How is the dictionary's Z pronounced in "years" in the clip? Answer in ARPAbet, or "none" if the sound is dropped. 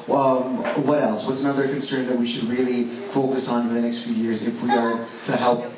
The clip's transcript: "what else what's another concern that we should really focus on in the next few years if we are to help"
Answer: Z